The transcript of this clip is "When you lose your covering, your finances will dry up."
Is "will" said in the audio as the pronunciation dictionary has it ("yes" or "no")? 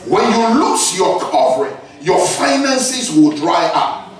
yes